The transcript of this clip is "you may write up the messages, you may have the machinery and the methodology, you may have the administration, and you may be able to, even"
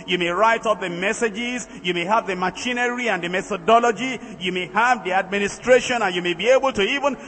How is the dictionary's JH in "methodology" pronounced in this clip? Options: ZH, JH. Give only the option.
JH